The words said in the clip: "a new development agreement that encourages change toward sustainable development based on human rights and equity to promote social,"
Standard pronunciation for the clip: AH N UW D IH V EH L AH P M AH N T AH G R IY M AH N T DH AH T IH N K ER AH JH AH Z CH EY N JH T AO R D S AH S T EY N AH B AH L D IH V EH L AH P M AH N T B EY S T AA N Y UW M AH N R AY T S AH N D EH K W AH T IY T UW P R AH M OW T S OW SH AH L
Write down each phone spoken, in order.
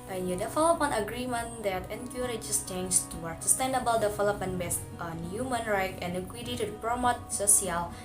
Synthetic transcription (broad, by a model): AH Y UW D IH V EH L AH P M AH N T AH G R IY M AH N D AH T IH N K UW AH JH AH S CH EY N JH T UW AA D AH S T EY N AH B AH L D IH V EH L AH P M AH N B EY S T AA N Y UW M AH N R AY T AH N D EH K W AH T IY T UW P R AH M OW T S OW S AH L